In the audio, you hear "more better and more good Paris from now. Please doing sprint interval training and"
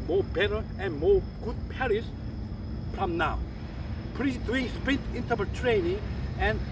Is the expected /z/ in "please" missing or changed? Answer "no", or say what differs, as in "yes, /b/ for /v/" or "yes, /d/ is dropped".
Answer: yes, /s/ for /z/